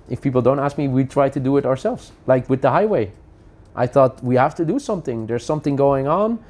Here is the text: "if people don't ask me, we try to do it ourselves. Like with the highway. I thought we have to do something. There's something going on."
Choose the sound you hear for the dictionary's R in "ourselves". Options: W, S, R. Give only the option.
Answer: R